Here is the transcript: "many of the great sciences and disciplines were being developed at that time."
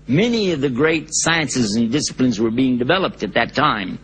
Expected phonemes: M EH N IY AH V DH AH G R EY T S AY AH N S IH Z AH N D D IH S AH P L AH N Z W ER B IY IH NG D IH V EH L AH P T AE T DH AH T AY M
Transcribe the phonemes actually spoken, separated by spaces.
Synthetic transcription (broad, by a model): M EH N IY AH V DH AH G R EY T S AY AH N S IH Z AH N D D IH S AH P L AH N Z W ER B IY IH NG D IH V EH L AH P T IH T DH AH T AY M